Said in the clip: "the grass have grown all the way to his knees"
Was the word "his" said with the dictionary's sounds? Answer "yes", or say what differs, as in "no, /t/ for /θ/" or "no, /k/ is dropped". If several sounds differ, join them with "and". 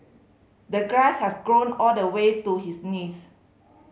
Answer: no, /s/ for /z/